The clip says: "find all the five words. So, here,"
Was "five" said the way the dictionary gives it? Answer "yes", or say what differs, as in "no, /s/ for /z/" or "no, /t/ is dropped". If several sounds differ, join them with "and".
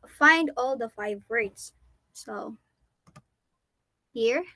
yes